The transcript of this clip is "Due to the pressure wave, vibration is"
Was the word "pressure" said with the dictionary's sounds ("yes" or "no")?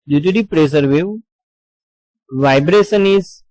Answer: no